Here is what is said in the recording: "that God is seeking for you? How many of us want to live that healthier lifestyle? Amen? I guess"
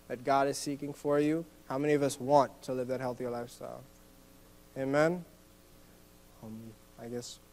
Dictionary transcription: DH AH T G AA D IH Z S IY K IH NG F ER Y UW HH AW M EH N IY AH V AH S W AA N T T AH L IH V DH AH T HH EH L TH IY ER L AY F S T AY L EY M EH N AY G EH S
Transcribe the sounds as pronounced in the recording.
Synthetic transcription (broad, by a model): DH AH T G AA D IH Z S IY K IH NG F ER Y UW HH AW M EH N IY AH V AH S W AA N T T AH L IH V DH AH T HH EH L TH IY ER L AY F S T AY L EY M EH N AY G EH S